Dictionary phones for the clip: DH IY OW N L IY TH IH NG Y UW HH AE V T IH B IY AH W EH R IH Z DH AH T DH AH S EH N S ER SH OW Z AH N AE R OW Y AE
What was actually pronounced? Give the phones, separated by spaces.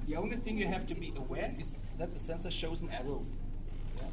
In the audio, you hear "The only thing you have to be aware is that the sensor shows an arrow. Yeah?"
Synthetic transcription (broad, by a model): DH IY OW N L IY TH IH NG Y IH HH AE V T IH B IY AH W EH R IH Z DH AH T DH AH S EH N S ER SH OW Z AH N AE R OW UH